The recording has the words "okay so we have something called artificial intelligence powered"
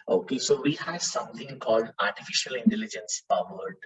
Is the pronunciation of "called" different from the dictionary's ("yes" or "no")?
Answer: no